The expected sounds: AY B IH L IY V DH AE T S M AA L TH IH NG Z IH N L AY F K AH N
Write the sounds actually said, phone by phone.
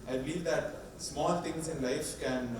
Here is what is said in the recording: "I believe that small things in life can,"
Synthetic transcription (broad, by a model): AY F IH L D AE T S M AA L T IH NG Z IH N L AY F K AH N